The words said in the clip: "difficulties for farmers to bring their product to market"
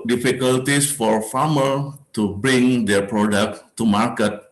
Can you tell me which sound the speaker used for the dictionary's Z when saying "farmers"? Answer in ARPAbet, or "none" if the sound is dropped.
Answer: none